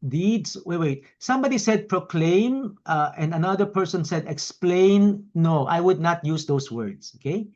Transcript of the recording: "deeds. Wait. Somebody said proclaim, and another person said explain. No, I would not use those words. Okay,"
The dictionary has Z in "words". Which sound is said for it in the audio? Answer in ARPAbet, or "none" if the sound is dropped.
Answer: S